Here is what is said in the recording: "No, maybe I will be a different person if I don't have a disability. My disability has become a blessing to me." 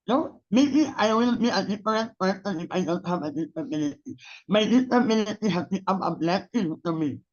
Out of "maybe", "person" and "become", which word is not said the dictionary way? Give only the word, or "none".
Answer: become